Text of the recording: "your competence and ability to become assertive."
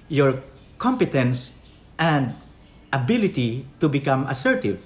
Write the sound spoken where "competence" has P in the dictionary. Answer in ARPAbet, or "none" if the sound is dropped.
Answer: P